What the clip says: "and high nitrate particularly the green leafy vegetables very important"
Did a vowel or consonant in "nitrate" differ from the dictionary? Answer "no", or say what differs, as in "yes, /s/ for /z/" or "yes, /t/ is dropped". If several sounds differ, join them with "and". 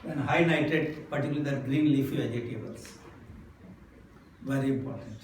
yes, /ɹ/ is dropped